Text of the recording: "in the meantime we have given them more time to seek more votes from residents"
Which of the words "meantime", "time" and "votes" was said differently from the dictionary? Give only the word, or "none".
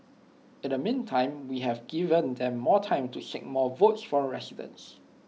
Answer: none